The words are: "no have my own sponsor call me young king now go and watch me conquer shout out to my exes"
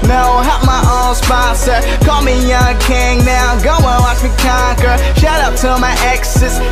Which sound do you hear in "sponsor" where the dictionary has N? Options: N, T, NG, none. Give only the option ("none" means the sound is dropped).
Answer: none